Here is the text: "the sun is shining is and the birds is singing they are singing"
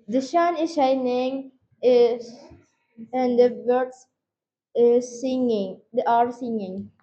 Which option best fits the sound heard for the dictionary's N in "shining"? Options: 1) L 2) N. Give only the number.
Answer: 2